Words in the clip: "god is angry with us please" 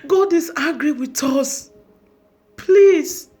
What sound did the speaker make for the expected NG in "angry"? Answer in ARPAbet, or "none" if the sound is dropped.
none